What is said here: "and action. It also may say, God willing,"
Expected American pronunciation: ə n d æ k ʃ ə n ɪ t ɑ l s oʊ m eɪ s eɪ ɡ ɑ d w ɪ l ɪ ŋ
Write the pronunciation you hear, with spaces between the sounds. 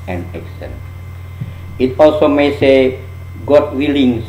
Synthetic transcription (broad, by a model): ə n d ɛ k s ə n ɪ t ɑ l s oʊ m eɪ s eɪ ɡ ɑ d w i l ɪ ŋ